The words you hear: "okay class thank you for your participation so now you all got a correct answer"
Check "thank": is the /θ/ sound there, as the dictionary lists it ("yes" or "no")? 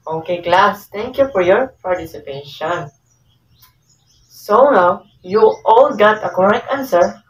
no